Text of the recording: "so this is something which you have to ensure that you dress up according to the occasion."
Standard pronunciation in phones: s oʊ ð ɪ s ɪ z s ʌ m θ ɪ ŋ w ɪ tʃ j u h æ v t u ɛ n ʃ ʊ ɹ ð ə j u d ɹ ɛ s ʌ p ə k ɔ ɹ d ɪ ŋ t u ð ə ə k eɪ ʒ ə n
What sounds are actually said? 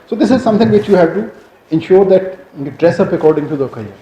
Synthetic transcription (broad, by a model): s oʊ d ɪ s ɪ z s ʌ m t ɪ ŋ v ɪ tʃ j u h æ v t u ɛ n ʃ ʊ ɹ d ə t d ɹ ɛ s ʌ p ə k ɔ ɹ d ɪ ŋ t u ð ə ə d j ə